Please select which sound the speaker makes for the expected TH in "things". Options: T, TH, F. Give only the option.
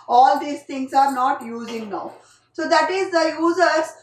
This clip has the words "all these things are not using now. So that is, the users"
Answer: T